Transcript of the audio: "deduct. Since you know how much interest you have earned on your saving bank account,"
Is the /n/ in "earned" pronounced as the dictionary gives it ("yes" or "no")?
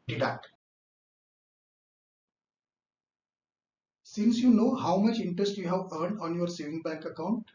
yes